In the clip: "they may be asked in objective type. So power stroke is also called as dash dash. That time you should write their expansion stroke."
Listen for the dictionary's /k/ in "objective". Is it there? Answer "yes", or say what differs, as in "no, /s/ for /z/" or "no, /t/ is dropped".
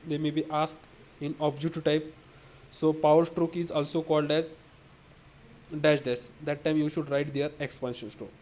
no, /k/ is dropped